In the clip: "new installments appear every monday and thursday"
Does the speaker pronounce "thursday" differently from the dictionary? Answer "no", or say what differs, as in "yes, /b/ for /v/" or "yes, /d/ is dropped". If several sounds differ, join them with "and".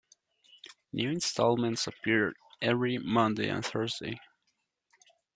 no